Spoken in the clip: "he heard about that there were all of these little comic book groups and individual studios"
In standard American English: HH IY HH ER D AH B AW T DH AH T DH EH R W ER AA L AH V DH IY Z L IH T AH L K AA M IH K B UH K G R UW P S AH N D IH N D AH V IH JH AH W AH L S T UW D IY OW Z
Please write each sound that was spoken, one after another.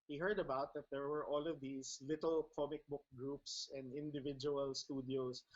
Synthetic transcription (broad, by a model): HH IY HH ER D AH B AW T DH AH T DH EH R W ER AA L AH V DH IY S L IH T AH L K AA M IH K B UH K G R UW P S AH N D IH N D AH V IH JH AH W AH L S T UW D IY OW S